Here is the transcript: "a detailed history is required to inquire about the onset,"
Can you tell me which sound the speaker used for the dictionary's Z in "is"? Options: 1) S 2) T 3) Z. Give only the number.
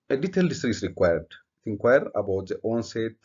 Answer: 1